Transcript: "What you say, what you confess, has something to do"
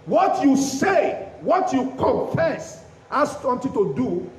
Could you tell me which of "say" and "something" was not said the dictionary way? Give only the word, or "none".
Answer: something